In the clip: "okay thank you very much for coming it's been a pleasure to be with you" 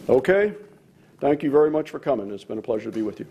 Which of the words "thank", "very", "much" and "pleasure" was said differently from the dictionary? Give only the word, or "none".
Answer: none